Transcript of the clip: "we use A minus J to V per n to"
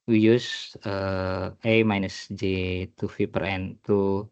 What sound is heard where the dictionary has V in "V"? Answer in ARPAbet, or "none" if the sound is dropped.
F